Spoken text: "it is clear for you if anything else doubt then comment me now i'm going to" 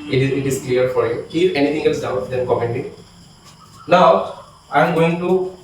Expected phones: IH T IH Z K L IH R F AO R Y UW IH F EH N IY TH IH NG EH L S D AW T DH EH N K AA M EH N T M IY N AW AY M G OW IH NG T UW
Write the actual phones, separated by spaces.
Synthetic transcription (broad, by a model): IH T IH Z K L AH R F AO R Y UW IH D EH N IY T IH NG EH L S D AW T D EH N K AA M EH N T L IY L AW AY M G OW IH NG T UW